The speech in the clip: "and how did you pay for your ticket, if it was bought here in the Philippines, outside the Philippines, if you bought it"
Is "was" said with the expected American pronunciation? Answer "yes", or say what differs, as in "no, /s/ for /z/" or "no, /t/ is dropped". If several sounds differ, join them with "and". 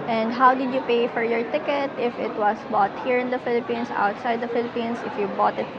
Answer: no, /s/ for /z/